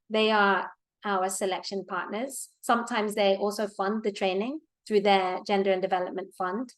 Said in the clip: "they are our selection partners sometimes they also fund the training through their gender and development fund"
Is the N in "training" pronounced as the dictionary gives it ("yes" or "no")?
yes